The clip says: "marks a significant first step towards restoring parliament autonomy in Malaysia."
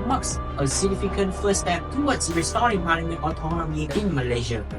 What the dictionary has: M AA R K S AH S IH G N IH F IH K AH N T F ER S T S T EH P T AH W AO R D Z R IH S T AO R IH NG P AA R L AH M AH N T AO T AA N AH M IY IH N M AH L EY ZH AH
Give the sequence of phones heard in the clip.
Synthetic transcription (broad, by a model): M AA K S AH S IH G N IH F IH K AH N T F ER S S T EH P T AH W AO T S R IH S T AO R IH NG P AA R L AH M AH T AO T AA N AH M IY IH N M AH L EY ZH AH